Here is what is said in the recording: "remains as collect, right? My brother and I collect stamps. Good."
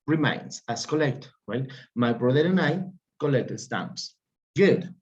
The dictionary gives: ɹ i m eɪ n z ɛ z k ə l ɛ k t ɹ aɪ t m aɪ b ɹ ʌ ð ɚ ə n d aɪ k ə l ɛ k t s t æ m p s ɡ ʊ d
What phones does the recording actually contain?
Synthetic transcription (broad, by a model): ɹ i m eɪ n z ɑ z k ə l ɛ k t w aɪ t m aɪ b ɹ ʌ ð ɚ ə n aɪ k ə l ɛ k t s t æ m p s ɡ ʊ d